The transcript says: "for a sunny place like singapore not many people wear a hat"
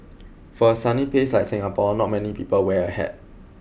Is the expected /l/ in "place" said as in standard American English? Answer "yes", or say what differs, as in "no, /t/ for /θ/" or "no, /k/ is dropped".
no, /l/ is dropped